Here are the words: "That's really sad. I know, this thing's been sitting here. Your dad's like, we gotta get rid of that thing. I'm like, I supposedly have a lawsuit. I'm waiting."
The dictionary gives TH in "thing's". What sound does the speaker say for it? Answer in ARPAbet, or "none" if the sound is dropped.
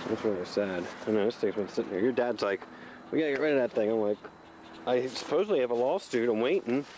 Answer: T